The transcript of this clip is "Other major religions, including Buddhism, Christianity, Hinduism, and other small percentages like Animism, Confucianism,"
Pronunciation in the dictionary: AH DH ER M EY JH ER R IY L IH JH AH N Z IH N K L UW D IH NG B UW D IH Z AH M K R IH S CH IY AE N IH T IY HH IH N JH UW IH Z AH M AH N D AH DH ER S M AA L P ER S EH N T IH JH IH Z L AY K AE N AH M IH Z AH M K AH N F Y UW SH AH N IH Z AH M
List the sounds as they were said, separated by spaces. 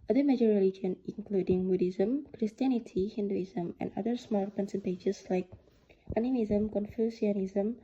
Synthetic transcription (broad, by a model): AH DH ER M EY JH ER R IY L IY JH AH N IH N K L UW D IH NG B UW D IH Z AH M K R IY S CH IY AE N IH T IY HH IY N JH UW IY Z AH M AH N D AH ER S M AA L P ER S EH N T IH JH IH S L AY K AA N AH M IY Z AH M K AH N F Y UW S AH N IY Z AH M